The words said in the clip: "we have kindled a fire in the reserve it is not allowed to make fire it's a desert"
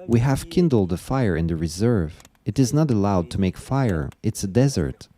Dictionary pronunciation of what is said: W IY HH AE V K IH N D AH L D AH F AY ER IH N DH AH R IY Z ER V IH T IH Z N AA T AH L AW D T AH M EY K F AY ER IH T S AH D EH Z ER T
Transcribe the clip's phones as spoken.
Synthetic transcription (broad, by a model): W IY HH AE V K IH N D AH L D AH F AY ER IH N DH AH R IY Z ER V IH T IH Z N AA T AH L AW D T AH M EY K F AY ER IH T S AH D EH Z ER T